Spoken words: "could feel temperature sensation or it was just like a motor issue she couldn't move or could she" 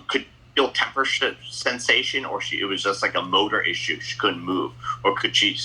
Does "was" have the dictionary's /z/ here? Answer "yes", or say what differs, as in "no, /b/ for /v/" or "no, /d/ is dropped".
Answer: yes